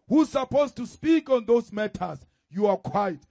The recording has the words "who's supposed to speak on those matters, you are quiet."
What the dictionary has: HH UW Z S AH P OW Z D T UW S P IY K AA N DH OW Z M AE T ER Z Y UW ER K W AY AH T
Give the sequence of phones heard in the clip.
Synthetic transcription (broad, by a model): HH UW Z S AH P OW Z T UW S P IY K AA N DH OW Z M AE T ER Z Y UW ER K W AY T